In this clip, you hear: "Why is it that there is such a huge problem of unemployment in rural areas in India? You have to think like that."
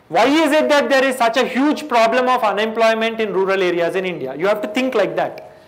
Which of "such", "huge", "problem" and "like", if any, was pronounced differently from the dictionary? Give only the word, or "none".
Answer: none